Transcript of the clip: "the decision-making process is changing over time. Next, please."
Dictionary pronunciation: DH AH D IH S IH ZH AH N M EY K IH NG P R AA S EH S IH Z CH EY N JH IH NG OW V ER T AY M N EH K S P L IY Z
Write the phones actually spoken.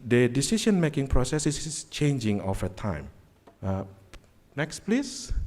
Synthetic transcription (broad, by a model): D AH D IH S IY SH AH N M EY K IH NG P R AA S EH S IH S CH EY N JH IH NG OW F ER T AY M N EH K S P L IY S